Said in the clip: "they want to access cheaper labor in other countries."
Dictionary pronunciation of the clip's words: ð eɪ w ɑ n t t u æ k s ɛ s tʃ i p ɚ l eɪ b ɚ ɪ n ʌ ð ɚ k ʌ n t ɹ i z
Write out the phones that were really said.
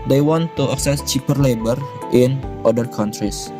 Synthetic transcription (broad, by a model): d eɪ w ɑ n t t u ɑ k s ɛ s tʃ i p ɚ l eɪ b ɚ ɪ n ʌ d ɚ k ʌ n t ɹ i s